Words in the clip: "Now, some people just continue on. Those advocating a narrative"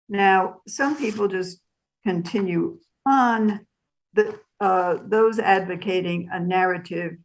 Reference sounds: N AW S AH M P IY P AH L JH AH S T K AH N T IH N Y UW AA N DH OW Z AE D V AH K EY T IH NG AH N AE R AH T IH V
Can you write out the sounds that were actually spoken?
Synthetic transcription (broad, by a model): N AW S AH M P IY P L JH AH S K AH N T IH N Y UW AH N DH OW Z AE D V AH K EY T IH NG AH N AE R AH T IH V